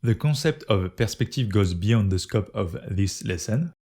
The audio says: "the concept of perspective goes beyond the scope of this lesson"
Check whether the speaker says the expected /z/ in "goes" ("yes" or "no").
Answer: yes